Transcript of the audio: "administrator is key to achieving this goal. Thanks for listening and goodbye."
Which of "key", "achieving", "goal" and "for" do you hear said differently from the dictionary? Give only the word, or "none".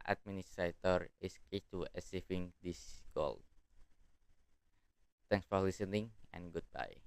achieving